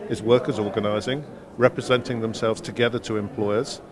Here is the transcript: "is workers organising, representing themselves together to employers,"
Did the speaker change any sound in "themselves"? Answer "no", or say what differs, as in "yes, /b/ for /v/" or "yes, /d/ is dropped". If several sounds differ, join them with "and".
no